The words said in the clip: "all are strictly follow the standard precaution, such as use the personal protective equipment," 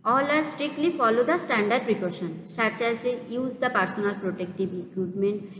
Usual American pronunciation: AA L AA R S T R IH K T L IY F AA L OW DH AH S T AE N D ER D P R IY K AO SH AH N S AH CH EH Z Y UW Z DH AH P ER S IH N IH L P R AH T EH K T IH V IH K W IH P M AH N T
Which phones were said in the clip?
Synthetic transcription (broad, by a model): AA L AA R S T R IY K T L IY F AA L OW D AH S T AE N D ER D P R IY K AO SH AH N SH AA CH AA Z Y UW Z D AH P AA S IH N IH L P R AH T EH K T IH B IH K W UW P M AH N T